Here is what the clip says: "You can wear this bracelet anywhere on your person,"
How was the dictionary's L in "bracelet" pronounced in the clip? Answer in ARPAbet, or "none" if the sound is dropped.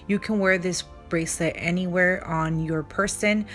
L